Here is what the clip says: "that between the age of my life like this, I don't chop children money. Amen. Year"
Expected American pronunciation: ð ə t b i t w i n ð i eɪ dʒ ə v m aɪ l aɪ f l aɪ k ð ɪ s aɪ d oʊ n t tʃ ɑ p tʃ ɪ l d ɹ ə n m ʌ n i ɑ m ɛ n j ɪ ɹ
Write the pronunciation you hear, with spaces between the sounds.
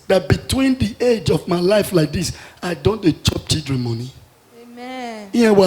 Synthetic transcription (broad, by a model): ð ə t b i t w i n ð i eɪ dʒ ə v m aɪ l aɪ f l aɪ k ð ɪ s aɪ d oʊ n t tʃ ɑ p tʃ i l d ɹ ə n m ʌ n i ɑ ɛ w